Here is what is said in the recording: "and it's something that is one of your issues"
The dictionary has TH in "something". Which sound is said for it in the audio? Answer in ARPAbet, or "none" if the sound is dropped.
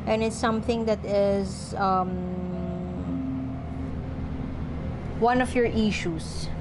TH